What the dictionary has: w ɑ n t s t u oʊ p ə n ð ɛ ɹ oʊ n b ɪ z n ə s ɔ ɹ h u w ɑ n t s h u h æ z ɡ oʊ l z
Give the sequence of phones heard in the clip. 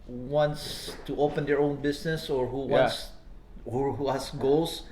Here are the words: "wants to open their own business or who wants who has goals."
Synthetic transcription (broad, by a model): w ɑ n t s t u oʊ p ə n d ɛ ɹ oʊ n b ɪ s n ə s ɔ ɹ h u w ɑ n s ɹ h u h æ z ɡ oʊ l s